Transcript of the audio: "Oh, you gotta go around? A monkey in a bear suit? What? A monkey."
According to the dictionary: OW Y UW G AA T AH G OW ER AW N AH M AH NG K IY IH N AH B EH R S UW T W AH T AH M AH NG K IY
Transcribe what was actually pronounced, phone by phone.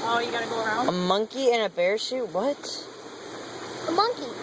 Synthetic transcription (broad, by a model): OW Y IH G AA T AH G OW ER AW N AH M AH NG K IY IH N AH B EH R SH UW T W AH T AH M AH NG K IY